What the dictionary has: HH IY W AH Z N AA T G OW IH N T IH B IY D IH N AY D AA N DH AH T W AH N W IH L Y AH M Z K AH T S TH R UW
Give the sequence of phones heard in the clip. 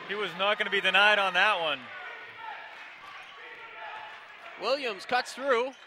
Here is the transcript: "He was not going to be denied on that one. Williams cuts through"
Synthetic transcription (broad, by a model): HH IY W AH Z N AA T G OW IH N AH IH B IY D IH N AY D N DH AH T W AH N W IH L Y AH M Z K AH T TH R UW